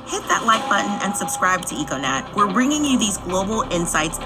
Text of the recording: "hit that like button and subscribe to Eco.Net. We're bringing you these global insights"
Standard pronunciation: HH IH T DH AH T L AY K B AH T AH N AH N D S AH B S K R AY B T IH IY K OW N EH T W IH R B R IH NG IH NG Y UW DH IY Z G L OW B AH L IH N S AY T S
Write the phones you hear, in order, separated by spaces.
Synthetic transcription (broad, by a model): HH IH T DH AH T L AY K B AH T N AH N S AH B S K R AY B T IH IY K OW N EH T W IH R B R IH NG IH NG Y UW DH IY Z G L OW B L IH N S AY T S